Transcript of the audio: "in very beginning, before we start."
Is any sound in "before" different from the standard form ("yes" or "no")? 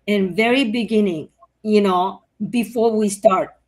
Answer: no